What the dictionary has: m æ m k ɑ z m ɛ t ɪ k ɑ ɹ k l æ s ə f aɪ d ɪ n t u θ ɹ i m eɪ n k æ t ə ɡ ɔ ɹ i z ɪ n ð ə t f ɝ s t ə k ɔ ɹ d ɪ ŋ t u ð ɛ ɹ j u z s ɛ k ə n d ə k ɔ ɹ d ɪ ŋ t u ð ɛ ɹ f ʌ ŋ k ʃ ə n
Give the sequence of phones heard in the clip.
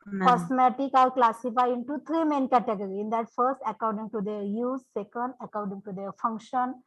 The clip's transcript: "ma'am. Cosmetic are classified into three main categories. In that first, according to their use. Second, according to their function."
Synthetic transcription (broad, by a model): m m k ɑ s m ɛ t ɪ k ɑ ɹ k l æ s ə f aɪ ɪ n t u t ɹ i m eɪ n k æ t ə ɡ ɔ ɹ i ɪ n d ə t f ɝ s t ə k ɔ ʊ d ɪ ŋ t u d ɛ ɹ j u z s ɛ k ə n d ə k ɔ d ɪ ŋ t u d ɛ ɹ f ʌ ŋ k ʃ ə n